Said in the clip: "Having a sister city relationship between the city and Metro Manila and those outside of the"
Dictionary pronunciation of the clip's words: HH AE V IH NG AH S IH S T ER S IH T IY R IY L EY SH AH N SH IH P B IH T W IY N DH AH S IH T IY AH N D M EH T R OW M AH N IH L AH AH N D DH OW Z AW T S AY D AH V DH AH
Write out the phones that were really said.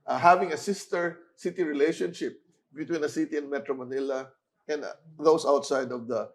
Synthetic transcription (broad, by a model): HH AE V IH NG AH S IH S T ER S IH T IY R IY L EY SH AH N SH IH P B IH T W IY N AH S IH T IY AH N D M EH T R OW M AH N IH L AH AH N D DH OW S AW T S AY D AH V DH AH